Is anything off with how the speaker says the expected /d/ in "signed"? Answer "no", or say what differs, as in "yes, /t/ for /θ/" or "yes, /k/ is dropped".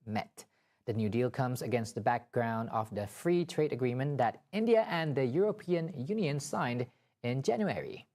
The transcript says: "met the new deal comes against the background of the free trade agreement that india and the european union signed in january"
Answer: no